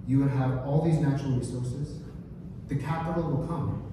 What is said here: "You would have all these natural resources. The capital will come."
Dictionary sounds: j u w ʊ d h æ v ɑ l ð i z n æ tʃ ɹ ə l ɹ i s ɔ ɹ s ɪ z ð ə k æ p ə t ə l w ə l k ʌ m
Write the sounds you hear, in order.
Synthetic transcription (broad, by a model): j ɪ w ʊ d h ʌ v ɑ l ð i z n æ tʃ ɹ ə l ɹ i s ɔ ɹ s ɪ z ð ə k æ p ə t l w ə l k ʌ m